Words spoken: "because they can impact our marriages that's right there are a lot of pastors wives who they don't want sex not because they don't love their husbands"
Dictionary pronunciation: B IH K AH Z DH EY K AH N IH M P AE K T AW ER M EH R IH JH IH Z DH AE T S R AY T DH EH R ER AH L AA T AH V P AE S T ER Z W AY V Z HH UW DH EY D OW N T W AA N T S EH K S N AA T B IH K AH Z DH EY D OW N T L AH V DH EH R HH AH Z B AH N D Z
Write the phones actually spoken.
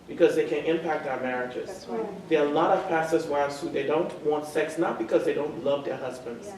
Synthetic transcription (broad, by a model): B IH K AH Z DH EY K AH N IH M P AE K T AW ER M EH R IH JH IH Z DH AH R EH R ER AH L AA T AH V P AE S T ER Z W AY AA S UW DH EY D OW N T W AA N T S EH K S N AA T B IH K AH Z DH EY D OW N T L AH V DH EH R HH AH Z B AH N D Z